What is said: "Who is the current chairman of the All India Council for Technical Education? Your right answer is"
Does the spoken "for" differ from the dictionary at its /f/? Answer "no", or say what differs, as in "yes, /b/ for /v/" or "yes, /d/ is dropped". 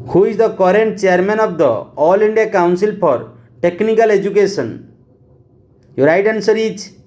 yes, /p/ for /f/